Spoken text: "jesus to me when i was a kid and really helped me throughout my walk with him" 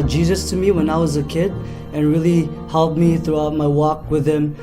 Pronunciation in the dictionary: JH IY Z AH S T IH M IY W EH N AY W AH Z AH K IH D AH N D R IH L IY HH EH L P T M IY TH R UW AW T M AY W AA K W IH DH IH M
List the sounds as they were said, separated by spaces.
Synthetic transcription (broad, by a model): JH IY Z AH S T IH M IY W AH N AY W AH Z AH K IH D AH N R IH L IY HH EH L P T M IY TH R UW AW T M AY W AA K W IH DH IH M